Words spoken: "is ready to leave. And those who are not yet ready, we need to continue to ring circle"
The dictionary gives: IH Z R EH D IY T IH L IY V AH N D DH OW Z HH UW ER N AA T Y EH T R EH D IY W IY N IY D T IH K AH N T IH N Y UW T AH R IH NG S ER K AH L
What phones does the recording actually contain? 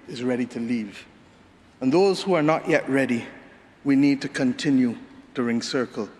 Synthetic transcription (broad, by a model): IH Z R EH D IY T IH L IY V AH N DH OW Z HH UW ER N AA T Y EH T R EH D IY W IY N IY D T IH K AH N T IH N Y UW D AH R IH NG S ER K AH L